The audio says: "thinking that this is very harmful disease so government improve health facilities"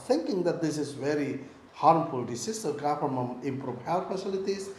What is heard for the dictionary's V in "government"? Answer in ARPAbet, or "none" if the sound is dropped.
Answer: F